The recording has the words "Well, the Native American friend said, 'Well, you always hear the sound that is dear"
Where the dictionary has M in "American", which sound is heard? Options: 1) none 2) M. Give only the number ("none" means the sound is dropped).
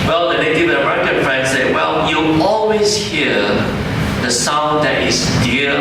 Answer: 1